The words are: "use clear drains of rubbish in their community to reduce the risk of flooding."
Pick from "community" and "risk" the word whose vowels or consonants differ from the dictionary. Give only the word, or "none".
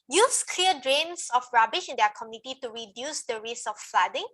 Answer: risk